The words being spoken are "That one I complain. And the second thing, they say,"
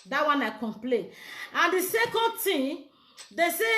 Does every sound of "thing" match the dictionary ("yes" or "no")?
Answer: no